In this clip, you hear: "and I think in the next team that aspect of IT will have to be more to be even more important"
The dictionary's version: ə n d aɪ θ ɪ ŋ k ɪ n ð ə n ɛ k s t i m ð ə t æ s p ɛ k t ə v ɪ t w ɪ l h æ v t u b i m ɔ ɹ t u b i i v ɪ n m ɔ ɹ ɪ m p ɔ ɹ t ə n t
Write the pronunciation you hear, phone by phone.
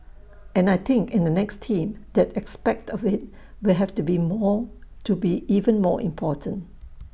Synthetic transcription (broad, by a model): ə n aɪ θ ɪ ŋ k ɪ n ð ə n ɛ k s t i m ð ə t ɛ s p ɛ k t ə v ɪ t w ɪ l h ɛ f t u b i m ɔ t u b i i v ɪ n m ɔ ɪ m p ɔ t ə n t